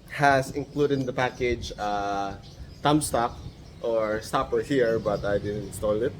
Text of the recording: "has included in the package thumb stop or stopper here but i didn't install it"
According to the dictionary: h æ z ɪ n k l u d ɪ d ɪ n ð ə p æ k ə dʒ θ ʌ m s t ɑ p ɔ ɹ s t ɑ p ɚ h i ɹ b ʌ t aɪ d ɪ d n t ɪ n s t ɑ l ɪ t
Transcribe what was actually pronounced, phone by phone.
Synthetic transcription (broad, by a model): h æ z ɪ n k l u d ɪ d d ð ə p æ k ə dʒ t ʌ m s t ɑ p ɔ ɹ s t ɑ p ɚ h i ɹ b ʌ t aɪ d ɪ d n t s t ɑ l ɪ t